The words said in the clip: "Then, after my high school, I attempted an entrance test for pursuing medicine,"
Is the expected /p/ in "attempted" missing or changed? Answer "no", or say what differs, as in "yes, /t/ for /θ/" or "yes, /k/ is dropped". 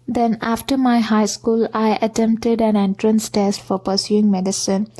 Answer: no